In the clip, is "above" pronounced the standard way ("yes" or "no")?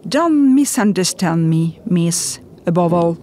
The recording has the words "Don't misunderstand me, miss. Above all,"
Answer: yes